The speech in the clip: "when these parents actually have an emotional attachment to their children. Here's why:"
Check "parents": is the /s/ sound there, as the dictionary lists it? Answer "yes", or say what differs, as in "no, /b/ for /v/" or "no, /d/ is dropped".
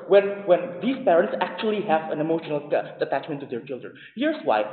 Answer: yes